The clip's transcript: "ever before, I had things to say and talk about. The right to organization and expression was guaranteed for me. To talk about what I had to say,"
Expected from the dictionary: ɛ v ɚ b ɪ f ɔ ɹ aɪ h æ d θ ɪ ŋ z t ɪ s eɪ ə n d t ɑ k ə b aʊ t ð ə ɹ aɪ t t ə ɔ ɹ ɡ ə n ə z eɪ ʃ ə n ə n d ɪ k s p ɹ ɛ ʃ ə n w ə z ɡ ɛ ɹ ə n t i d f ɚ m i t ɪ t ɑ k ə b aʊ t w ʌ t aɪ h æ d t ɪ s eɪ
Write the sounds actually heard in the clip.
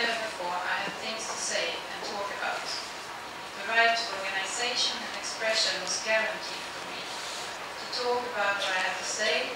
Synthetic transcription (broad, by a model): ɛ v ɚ b ɪ f ɔ ɹ aɪ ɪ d θ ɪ ŋ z t ɪ s eɪ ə n t ɑ k ə b aʊ t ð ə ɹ aɪ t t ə ɔ ɹ ɡ ə n ə z eɪ ʃ ə n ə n ɪ k s p ɹ ɛ ʃ ə n w ə z ɡ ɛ ɹ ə n t i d f ɚ m i t ɪ t ɑ k ə b aʊ t w ʌ t aɪ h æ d t ɪ s eɪ